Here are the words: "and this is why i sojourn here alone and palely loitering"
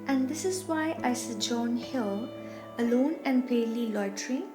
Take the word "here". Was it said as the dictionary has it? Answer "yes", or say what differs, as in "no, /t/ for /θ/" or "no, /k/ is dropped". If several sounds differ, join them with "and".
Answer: no, /l/ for /ɹ/